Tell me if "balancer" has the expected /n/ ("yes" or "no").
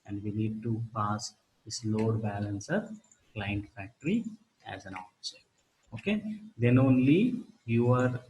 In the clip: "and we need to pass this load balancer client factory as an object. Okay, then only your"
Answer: yes